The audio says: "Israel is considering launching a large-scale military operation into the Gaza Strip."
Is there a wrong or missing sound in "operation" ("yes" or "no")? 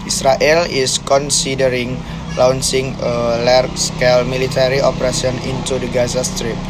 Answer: yes